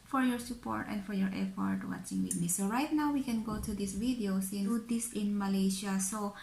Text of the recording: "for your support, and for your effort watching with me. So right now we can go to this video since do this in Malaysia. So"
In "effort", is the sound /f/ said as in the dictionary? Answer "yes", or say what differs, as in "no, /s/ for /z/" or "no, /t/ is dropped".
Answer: no, /p/ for /f/